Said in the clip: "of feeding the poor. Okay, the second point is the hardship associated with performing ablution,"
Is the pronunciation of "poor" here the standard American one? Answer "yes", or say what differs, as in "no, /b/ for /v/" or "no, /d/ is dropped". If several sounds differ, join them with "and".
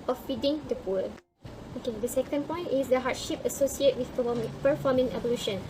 no, /l/ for /ɹ/